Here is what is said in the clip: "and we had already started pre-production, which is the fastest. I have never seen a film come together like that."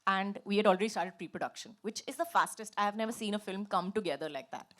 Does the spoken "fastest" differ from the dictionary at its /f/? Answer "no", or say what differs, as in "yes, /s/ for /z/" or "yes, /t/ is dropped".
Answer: no